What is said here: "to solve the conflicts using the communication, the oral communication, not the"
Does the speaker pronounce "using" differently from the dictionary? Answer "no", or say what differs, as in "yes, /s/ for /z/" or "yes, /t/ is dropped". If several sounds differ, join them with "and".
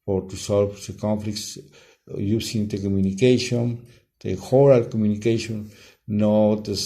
yes, /s/ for /z/